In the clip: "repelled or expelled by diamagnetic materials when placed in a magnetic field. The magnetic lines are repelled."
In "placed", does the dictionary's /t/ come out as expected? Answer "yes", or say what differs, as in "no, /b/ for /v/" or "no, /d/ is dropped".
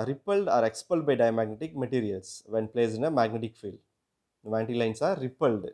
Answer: no, /t/ is dropped